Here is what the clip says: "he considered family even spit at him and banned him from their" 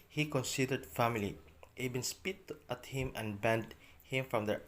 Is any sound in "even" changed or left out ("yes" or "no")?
yes